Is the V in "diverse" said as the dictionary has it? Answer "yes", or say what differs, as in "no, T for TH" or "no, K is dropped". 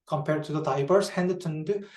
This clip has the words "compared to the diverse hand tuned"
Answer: no, B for V